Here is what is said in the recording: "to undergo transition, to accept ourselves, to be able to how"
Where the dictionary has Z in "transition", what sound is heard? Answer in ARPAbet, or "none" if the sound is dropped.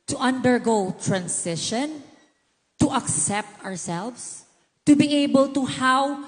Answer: S